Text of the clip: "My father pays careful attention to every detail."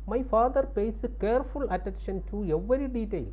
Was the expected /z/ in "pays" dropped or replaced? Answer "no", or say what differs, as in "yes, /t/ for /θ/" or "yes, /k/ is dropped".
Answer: yes, /s/ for /z/